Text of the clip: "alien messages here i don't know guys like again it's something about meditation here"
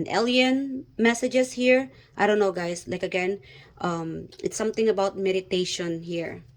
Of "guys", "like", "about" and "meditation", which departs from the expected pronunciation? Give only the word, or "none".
guys